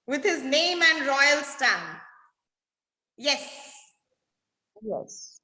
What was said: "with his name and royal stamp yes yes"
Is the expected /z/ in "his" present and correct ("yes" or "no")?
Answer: yes